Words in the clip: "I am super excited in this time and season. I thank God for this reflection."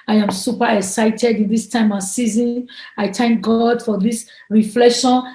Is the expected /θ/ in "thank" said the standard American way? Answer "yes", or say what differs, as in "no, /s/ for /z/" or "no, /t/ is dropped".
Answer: no, /t/ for /θ/